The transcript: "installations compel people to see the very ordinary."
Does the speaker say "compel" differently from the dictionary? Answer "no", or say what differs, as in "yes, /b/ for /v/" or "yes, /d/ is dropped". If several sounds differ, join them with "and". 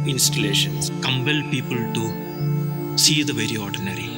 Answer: yes, /b/ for /p/